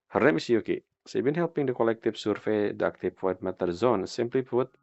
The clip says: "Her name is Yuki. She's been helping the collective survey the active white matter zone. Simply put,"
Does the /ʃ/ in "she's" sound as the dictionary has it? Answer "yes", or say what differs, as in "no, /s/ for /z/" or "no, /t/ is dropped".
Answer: no, /s/ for /ʃ/